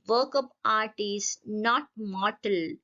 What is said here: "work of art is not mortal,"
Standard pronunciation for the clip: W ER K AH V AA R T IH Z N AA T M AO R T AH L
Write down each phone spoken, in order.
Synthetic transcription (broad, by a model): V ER K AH P AA R T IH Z N AA T M AO R T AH L